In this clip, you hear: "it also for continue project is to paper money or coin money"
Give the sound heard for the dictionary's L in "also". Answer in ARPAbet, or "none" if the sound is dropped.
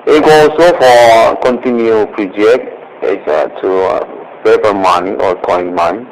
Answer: none